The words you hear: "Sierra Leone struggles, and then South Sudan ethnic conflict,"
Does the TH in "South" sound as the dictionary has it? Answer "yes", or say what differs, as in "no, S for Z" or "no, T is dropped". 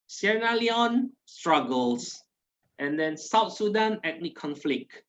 no, T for TH